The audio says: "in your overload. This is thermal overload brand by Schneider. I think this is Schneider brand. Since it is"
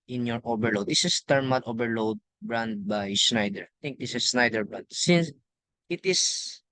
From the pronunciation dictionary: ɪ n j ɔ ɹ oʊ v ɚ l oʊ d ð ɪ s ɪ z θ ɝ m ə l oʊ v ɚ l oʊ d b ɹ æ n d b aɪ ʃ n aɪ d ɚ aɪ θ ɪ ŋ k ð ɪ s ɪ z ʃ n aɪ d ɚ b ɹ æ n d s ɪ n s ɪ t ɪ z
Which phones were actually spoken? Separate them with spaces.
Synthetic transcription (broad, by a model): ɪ n j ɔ ɹ oʊ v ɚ l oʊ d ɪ s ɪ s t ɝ m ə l oʊ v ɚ l oʊ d b ɹ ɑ n d b aɪ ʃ n aɪ d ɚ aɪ t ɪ ŋ k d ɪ s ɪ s n aɪ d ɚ b ɹ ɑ n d s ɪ n s ɪ t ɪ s